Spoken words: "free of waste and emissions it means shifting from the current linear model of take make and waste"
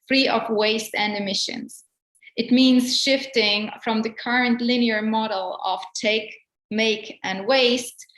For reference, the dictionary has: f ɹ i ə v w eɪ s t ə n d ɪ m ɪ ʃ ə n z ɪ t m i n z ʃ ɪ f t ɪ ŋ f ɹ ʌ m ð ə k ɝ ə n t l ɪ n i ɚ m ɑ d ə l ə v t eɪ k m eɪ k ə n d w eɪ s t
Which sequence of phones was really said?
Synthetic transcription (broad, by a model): f ɹ i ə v w eɪ s t ə n d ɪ m ɪ ʃ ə n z ɪ t m i n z ʃ ɪ f t ɪ ŋ f ɹ ʌ m ð ə k ɝ ə n t l ɪ n i ɚ m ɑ d l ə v t eɪ k m eɪ k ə n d w eɪ s t